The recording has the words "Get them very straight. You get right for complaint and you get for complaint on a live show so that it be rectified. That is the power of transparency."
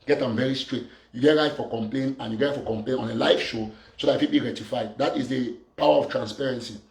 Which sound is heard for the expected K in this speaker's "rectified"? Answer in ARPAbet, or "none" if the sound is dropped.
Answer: none